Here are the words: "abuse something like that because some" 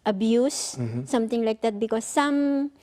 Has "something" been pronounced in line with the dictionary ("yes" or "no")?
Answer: no